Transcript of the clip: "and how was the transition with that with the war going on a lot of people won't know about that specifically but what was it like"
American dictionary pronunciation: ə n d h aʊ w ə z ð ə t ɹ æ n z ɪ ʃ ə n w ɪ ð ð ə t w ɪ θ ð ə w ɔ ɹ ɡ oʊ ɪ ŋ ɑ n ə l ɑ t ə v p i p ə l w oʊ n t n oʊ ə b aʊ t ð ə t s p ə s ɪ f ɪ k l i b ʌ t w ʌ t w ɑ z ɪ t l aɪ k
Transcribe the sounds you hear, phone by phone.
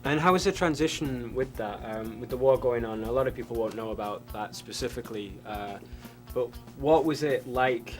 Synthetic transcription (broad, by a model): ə n h aʊ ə z ð ə t ɹ æ n z ɪ ʃ ə n w ɪ ð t ə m w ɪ ð ə w ɔ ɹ ɡ oʊ ɪ ŋ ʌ n ə l ɑ t ə v p i p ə l w oʊ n n oʊ ə b aʊ t ð ə t s p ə s ɪ f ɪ k l i b ʌ t w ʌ t w ɑ z ɪ t l aɪ k